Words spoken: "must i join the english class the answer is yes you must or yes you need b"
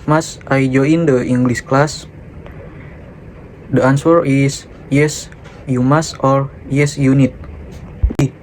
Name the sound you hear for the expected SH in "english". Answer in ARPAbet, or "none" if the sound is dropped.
S